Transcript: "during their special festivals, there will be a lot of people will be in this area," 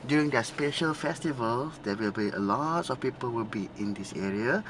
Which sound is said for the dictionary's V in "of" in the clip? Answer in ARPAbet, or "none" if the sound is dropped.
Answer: F